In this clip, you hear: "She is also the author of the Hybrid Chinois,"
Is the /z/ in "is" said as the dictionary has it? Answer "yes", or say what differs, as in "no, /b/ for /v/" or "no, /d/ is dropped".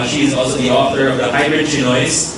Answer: yes